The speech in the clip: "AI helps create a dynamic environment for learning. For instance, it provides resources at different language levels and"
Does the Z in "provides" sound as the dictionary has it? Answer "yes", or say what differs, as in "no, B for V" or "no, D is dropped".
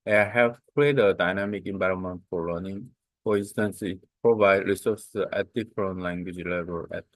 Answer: no, Z is dropped